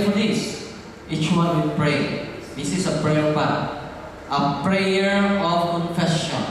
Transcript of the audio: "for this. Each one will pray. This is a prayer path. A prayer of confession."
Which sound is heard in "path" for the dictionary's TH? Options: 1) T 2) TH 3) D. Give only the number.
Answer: 1